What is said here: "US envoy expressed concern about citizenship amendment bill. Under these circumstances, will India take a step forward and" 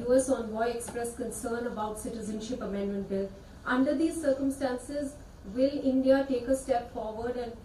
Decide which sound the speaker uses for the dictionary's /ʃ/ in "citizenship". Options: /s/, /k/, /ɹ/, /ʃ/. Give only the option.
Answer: /ʃ/